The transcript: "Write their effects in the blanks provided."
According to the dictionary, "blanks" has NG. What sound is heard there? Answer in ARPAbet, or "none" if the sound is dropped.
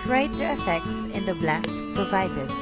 none